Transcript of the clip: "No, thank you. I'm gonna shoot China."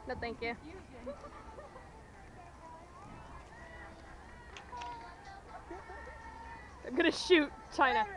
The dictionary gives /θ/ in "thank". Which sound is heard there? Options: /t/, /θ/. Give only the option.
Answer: /t/